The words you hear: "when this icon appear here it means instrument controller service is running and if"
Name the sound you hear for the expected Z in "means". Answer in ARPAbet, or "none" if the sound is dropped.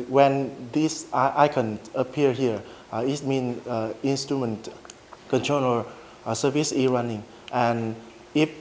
none